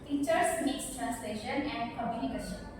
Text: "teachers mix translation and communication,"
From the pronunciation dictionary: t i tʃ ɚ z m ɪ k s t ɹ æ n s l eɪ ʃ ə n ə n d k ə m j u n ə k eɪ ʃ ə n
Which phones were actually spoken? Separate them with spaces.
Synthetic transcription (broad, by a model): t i tʃ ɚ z m ɪ k s t ɹ æ n s l eɪ ʃ ə n ə n d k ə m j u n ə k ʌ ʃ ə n